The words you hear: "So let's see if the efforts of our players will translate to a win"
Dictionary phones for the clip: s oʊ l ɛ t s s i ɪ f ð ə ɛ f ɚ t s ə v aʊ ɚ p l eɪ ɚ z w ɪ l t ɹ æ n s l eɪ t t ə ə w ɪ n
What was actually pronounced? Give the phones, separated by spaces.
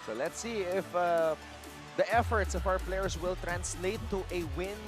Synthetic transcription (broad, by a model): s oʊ l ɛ t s s i ɪ f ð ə ɛ f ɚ t s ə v aʊ ɚ p l eɪ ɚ s w ɪ l t ɹ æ n s l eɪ t t ə w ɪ n